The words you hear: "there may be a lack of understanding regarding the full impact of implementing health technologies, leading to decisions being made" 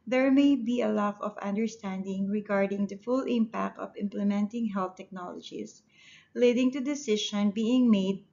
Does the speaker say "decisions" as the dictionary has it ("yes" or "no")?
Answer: no